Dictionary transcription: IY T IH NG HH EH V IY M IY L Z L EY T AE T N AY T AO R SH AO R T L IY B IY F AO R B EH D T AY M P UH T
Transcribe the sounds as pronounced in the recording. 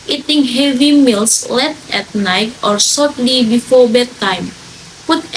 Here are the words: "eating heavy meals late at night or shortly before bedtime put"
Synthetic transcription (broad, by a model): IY T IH NG HH EH V IY M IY L S L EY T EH T N AY T AO R S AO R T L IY B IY F AO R B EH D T AY M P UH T